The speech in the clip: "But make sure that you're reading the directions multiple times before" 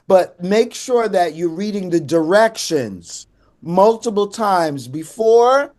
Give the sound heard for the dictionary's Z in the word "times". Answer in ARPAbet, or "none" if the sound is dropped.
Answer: Z